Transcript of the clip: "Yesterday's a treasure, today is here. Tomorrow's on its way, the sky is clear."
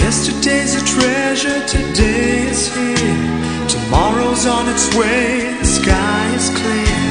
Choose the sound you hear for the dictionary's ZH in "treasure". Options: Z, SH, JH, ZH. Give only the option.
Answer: ZH